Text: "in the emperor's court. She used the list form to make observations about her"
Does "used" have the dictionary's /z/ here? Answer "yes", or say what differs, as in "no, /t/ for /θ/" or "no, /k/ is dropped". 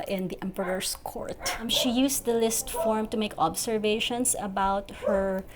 no, /s/ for /z/